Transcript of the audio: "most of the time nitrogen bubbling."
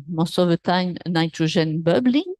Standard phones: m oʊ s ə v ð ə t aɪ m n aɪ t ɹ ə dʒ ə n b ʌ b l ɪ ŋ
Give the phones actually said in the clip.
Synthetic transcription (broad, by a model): m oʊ s ə v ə t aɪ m n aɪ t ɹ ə ʒ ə n b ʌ b l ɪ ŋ